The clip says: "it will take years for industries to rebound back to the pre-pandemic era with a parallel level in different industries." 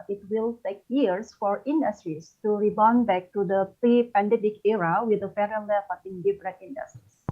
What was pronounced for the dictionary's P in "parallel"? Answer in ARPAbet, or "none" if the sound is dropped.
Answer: F